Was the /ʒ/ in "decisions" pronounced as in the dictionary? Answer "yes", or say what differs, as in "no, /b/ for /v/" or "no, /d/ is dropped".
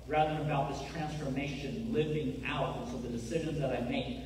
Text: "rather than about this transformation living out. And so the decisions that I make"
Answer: yes